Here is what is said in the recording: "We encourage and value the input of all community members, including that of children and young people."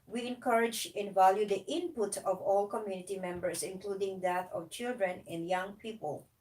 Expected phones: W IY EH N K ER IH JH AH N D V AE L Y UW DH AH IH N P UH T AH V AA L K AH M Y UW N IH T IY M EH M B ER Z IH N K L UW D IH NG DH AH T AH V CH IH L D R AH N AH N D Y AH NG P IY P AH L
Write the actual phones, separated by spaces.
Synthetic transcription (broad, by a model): W IY EH N K ER IH JH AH N V AE L Y UW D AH IH N P UH T AH V AA L K AH M Y UW N IH T IY M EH M B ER S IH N K L UW D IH NG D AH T AH V CH IH L D R AH N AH N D Y AH NG P IY P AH L